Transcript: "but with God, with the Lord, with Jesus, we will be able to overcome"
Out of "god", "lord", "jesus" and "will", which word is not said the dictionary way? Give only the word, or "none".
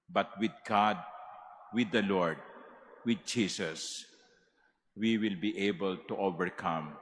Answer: jesus